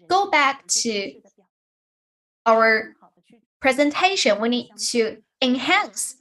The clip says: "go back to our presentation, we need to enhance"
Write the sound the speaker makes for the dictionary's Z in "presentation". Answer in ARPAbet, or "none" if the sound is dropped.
Z